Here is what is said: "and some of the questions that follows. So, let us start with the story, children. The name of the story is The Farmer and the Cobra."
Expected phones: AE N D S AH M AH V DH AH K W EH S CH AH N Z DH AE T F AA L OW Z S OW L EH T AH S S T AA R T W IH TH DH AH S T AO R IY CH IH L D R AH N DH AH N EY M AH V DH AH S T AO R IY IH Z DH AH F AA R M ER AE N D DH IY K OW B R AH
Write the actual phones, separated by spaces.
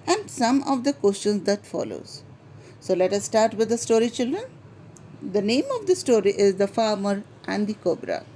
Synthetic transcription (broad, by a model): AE N D S AH M AH V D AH K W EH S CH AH N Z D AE T F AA L OW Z S OW L EH T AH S S T AA R T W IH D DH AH S T AO R IY CH IH L D R AH N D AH N EY M AH V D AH S T AO R IY IH Z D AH F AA R M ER AE N D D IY K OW B R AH